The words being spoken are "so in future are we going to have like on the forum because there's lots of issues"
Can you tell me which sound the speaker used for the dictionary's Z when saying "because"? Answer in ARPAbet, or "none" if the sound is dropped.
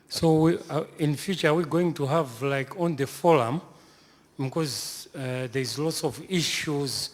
Z